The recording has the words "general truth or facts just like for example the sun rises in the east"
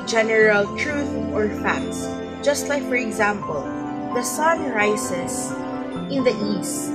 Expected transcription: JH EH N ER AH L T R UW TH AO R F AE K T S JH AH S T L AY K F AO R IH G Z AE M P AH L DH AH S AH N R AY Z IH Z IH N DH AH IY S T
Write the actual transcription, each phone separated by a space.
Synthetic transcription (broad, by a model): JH EH N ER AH L T R UW TH AO R F AE K T S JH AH S T L AY K F AO R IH G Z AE M P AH L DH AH S AH N R AY S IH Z IH N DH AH IY S T